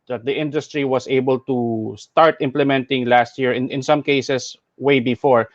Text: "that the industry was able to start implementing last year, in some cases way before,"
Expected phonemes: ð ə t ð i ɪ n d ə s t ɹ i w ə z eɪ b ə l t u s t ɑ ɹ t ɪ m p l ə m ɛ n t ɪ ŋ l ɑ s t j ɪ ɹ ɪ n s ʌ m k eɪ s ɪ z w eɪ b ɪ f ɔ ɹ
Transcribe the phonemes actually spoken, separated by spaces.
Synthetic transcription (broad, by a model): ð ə t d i ɪ n d ə s t ɹ i w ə s eɪ b ə l t u s t ɑ ɹ t ɪ m p l ə m ɛ n t ɪ ŋ l ɑ s t j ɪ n ɪ n s ʌ m k eɪ s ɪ s w eɪ b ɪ f ɔ ɹ